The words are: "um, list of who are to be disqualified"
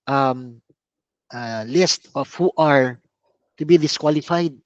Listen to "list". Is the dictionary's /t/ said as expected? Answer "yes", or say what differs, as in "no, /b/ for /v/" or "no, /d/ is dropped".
yes